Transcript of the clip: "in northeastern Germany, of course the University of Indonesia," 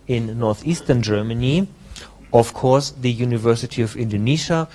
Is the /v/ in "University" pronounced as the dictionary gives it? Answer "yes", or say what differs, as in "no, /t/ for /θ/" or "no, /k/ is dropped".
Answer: yes